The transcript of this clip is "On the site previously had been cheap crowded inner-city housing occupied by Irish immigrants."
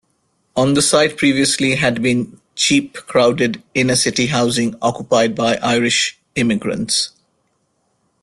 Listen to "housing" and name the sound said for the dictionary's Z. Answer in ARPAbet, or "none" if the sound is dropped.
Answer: Z